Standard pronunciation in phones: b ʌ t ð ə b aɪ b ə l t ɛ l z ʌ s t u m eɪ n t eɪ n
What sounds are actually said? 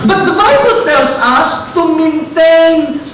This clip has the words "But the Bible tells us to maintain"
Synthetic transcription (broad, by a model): b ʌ t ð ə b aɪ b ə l t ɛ l s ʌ s t u m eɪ n t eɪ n